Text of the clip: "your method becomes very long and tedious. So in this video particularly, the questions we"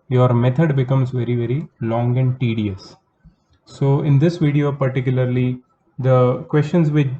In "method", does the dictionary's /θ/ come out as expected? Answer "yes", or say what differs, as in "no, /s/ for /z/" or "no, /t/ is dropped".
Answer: no, /t/ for /θ/